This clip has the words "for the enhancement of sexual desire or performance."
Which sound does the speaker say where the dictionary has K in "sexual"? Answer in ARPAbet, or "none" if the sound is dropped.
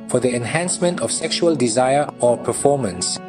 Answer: K